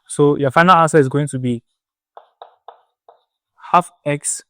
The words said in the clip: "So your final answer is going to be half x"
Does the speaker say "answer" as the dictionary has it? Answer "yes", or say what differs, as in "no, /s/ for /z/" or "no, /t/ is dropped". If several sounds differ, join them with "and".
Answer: no, /n/ is dropped